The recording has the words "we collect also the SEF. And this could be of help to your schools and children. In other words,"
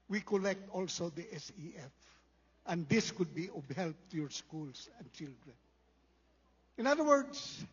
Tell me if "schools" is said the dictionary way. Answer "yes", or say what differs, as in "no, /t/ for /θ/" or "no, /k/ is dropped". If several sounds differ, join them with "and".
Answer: no, /s/ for /z/